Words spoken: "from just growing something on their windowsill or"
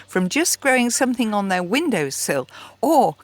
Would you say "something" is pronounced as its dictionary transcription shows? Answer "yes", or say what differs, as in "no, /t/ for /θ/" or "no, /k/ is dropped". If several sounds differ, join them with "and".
yes